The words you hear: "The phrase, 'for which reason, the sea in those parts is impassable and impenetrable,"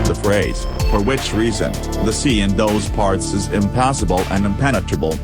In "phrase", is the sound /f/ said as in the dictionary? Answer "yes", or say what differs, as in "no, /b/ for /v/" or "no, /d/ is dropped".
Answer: yes